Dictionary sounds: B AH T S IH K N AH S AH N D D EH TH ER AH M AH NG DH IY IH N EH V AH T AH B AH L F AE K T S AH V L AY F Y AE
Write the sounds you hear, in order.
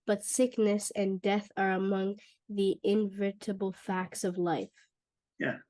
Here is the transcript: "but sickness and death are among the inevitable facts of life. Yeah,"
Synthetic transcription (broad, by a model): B AH T S IH K N AH S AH N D D EH TH ER AH M AH NG DH IY IH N V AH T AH B L F AE K T S AH V L AY F Y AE